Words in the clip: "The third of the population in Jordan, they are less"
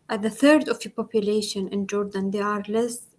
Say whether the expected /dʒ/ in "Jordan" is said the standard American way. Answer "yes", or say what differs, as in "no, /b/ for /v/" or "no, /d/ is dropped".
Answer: yes